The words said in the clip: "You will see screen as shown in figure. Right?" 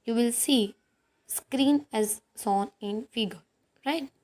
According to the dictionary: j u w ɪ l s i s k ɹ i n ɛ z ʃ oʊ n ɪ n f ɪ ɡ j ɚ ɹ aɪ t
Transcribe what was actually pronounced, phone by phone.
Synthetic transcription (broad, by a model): j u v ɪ l s i s k ɹ i n ɛ z s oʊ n ɪ n f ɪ ɡ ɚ ɹ aɪ t